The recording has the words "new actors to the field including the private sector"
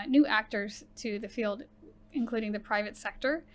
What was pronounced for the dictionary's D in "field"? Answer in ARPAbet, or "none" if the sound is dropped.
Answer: D